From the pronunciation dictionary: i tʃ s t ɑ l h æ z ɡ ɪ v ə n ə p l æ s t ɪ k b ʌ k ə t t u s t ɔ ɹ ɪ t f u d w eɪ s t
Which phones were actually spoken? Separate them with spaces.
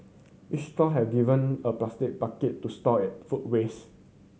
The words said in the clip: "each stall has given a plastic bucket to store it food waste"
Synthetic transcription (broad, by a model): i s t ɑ h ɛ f ɡ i v ə n ə p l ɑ s t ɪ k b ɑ k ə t t u s t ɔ ɪ t f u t w eɪ s